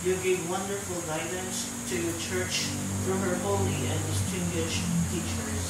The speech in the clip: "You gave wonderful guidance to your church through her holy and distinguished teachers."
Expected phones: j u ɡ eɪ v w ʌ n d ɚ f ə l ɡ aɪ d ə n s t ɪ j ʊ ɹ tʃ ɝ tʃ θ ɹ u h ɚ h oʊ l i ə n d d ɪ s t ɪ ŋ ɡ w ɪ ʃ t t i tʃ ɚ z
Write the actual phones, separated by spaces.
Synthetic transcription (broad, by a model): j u ɡ eɪ v w ʌ n d ɚ f ə l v aɪ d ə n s t ɪ j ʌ ɹ tʃ ɝ tʃ f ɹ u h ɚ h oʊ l i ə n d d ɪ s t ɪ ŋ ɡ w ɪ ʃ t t i tʃ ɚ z